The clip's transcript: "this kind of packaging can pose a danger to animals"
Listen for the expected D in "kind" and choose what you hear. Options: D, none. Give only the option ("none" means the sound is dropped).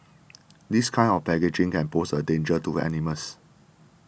none